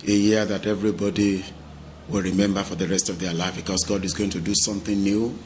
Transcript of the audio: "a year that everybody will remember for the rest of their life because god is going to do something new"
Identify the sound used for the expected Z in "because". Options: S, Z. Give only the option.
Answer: S